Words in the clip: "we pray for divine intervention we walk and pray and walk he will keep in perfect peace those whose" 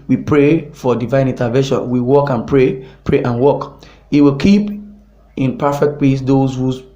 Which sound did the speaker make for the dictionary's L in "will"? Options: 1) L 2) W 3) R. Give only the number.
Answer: 1